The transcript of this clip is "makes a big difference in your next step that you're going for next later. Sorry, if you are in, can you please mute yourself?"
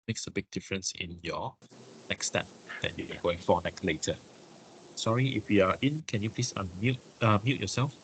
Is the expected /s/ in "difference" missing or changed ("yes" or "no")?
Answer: no